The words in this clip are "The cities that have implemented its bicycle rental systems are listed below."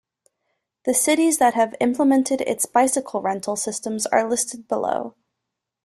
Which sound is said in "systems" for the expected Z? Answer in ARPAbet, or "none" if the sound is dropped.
Z